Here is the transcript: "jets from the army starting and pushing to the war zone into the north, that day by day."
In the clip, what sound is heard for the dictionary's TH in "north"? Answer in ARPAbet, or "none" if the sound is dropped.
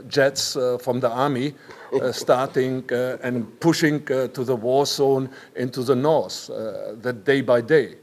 S